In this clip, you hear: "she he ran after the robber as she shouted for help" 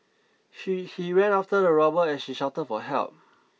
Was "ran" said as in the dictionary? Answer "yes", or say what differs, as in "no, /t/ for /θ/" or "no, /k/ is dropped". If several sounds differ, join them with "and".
no, /w/ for /ɹ/